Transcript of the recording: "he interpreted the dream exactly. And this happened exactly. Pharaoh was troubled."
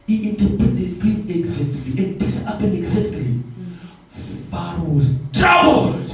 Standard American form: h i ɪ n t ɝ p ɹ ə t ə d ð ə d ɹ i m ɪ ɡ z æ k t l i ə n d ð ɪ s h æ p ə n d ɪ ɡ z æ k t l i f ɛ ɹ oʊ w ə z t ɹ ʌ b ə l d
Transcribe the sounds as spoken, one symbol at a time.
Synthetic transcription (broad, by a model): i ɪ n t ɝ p ə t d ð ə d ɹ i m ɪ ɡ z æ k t l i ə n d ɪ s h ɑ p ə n ɪ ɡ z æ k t l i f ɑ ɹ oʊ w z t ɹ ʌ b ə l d